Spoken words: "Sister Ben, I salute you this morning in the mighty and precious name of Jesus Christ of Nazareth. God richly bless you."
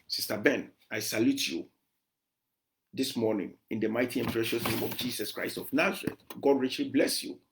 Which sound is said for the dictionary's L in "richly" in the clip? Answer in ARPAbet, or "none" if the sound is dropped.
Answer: L